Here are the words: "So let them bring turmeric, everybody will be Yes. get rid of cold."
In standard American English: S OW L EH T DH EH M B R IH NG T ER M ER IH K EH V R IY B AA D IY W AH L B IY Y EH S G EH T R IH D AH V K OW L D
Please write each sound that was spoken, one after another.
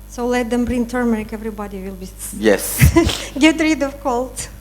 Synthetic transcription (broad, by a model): S OW L EH T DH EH M B R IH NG T ER M ER IH K EH V R IY B AA D IY W AH L B IY Y EH S G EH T R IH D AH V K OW L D